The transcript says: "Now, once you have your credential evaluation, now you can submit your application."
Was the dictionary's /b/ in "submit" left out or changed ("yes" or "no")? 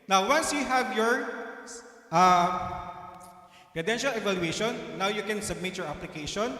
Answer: no